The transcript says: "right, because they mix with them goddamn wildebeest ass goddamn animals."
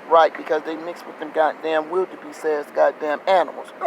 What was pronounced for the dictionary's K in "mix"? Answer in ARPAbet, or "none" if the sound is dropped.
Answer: K